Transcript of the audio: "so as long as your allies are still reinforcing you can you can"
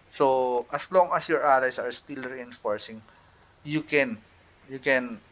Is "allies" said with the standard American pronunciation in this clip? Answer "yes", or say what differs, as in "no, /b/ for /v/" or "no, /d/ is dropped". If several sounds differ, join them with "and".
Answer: no, /s/ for /z/